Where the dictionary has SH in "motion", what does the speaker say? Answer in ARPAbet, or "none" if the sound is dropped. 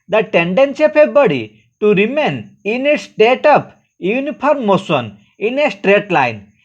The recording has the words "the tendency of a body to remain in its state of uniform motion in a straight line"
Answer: S